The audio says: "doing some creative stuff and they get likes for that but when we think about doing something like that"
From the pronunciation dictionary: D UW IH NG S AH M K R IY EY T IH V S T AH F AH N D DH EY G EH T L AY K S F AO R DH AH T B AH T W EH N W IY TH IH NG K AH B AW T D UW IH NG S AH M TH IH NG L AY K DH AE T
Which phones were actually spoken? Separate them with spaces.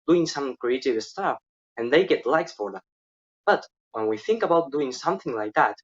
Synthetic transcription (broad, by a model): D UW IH NG S AH M K R IY EY T IH V S T AH F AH N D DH EY G EH T L AY K S F AO R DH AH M B AH T W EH N W IY TH IH NG K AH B AW T D UW IH NG S AH M TH IH NG L AY K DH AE T